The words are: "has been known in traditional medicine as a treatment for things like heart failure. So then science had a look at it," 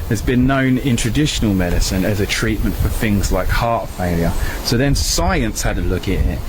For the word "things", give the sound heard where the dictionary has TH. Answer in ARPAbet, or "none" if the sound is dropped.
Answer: TH